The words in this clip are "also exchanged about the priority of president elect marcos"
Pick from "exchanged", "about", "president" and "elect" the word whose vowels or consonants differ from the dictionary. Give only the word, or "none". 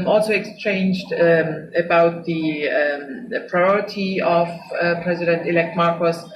none